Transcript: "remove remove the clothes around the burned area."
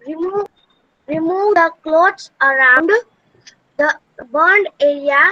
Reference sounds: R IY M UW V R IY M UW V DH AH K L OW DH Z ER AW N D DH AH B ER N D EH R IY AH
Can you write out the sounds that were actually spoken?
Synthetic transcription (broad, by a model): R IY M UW R IY M UW V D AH K L OW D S ER AW N D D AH B ER N D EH R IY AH